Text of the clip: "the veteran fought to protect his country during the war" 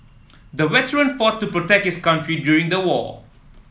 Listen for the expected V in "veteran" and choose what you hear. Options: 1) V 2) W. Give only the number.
2